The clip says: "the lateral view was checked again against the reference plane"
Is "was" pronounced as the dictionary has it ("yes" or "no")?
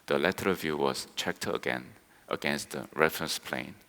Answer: no